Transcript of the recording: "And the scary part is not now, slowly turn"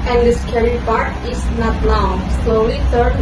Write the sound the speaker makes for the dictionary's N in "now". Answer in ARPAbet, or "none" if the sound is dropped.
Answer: L